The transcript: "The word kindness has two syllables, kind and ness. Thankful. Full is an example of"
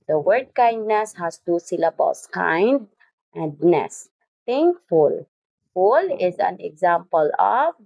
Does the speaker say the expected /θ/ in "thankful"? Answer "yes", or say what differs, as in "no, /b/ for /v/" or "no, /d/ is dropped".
no, /t/ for /θ/